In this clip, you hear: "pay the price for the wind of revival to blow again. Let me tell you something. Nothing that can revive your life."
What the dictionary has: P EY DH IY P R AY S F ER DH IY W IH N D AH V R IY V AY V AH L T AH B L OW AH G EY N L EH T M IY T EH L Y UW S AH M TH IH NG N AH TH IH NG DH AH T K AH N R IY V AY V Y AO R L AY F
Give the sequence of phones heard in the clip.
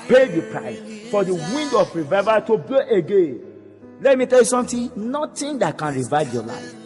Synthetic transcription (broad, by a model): P EY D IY P R AY S F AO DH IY W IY N D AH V R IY V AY V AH T AH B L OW AH G EY N L EH T M IY T EH L Y UW S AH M T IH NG N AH T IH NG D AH T K AH N R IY V AY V Y AO L AY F